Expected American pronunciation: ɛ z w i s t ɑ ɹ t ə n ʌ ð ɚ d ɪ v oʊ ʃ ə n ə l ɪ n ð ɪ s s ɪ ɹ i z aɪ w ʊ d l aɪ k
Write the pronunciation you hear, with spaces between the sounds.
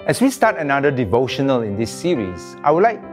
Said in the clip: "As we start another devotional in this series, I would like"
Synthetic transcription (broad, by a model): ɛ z w i s t ɑ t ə n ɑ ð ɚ d ɪ v oʊ ʃ ə n ə l ɪ n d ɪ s s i ɹ i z aɪ w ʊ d l aɪ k